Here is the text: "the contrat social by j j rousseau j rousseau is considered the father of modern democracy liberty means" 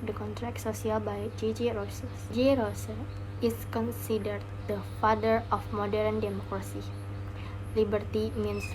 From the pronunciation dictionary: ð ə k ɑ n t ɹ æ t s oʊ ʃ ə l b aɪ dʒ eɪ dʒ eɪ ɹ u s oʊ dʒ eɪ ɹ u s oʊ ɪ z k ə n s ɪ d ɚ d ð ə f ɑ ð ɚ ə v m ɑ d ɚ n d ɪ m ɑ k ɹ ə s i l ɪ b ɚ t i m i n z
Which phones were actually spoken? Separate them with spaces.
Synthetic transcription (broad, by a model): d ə k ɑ n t ɹ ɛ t s oʊ s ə l b aɪ dʒ eɪ dʒ eɪ ɹ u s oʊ dʒ eɪ ɹ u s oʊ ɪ s k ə n s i d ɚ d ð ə f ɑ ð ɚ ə f m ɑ d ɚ n d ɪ m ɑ k ɹ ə s i l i b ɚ t i m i n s